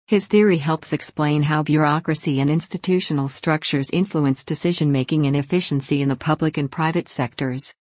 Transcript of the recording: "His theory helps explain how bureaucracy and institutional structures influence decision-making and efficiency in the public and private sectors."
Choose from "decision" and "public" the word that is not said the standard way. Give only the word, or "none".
none